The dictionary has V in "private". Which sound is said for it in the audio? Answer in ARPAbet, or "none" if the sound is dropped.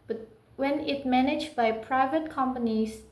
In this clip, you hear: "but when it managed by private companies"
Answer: V